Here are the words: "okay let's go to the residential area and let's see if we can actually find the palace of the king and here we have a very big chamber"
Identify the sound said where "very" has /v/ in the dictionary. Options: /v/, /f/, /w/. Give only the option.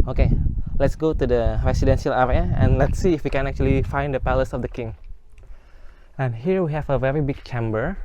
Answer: /v/